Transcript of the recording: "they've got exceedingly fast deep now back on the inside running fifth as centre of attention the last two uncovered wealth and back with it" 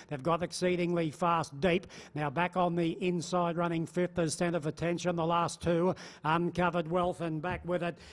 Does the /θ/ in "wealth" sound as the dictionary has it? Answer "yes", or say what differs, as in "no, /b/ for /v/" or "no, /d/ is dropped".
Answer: yes